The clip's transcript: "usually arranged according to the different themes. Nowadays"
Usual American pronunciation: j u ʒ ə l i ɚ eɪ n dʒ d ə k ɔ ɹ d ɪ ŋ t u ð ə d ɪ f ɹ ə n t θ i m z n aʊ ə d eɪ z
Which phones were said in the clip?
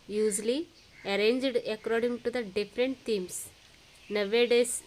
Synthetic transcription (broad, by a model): j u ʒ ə l i ɚ eɪ n dʒ d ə k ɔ ɹ d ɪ ŋ t u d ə d ɪ f ɹ ə n t t i m s n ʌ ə d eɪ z